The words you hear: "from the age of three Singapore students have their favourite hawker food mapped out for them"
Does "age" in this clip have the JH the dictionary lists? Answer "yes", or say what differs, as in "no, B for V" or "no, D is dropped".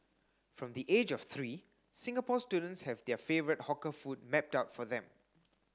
yes